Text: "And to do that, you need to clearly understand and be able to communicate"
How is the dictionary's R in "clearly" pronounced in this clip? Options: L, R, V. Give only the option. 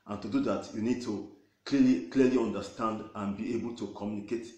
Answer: L